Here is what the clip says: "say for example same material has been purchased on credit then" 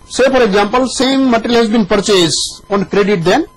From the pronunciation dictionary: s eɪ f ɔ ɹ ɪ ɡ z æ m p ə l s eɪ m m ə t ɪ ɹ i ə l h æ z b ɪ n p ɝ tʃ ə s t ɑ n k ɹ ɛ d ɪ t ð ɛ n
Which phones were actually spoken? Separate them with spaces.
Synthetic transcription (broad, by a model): s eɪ f ɔ ɹ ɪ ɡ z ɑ m p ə l s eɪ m m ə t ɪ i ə l h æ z b ɪ n p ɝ tʃ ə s ɑ n k ɹ ɛ d ɪ t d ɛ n